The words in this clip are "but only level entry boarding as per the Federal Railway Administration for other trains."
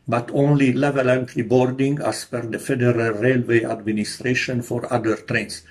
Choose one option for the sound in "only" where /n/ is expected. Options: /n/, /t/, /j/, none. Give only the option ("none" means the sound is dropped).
/n/